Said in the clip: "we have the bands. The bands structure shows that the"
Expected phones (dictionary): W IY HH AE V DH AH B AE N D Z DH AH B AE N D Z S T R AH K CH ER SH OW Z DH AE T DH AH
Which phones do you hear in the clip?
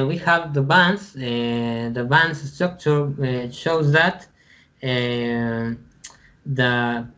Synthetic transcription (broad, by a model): W IY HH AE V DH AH B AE N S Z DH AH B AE N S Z S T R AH K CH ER SH OW Z DH AE T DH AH